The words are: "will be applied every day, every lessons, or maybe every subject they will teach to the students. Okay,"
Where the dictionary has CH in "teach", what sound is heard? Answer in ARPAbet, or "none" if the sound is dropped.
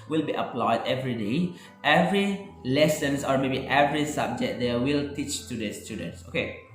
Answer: CH